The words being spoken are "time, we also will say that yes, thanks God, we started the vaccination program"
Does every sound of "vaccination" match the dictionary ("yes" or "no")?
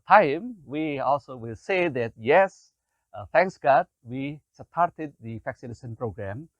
no